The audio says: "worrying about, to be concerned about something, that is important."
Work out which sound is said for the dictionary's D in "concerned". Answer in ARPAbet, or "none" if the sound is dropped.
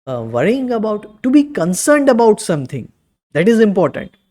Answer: D